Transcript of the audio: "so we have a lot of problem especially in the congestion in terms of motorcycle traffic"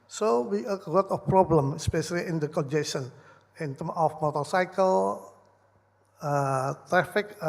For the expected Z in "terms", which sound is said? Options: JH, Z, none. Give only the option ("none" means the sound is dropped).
none